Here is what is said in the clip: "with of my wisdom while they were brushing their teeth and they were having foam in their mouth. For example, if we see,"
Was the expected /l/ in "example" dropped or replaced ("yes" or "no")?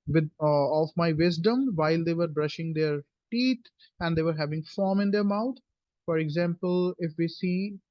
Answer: no